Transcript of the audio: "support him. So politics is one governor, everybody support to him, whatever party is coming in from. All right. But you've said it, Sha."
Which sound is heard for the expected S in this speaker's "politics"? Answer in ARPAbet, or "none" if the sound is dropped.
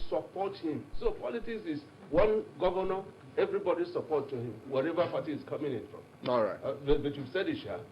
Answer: S